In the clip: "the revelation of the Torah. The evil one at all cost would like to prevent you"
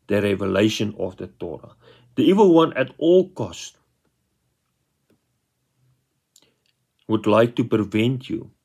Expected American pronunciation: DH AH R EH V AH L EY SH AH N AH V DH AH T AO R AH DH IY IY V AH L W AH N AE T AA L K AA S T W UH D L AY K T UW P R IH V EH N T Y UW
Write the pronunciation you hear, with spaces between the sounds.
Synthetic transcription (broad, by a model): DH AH R EH V AH L EY SH AH N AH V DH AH T AO R AH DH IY IY V AH L W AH N AE T AA L K AA S T W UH D L AY K T UW P IH V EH N T Y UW